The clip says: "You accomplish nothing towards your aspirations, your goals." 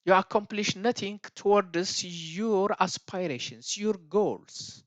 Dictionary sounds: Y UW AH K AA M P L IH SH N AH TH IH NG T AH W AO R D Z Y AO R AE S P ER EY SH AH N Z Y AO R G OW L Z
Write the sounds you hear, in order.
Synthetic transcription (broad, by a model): Y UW AH K AA M P L IH SH N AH T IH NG T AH W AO R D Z Y AO R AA S P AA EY SH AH N S Y AO R G OW L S